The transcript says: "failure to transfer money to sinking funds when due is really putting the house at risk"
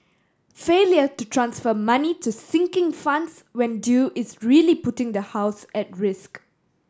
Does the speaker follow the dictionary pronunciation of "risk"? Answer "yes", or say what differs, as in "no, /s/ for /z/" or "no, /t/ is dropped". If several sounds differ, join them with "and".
yes